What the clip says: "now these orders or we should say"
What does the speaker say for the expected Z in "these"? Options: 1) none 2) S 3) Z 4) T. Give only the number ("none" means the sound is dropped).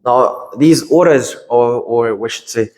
3